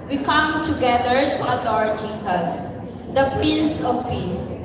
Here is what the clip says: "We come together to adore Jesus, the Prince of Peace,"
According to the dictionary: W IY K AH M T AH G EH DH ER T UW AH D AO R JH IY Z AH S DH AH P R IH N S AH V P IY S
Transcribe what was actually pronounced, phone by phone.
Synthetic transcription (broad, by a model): W IY K AH M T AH G EH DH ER T UW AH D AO R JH IY S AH S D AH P IH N S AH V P IY S